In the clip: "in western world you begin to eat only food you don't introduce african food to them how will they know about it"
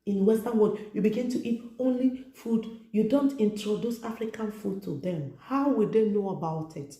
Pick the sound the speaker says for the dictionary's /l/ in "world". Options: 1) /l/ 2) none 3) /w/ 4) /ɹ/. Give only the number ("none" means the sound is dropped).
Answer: 2